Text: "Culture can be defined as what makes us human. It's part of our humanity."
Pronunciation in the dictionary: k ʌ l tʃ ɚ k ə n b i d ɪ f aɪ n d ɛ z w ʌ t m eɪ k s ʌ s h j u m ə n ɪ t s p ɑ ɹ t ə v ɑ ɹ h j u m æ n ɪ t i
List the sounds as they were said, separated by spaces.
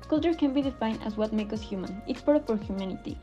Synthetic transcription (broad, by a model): k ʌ l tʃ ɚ k ə n b i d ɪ f aɪ n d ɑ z w ʌ t m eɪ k ʌ s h j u m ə n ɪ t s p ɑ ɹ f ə ɑ ɹ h j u m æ n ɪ t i